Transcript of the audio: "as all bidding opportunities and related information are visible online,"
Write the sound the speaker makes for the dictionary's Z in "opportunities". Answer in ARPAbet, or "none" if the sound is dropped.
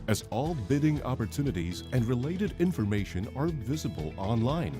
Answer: Z